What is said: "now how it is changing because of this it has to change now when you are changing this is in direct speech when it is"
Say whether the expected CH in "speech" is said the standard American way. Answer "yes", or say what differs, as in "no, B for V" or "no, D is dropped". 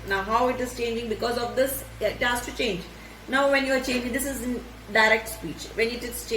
yes